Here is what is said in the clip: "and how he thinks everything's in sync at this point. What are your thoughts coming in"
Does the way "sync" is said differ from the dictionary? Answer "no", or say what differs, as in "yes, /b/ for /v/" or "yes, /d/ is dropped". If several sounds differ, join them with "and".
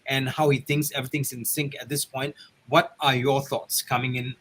no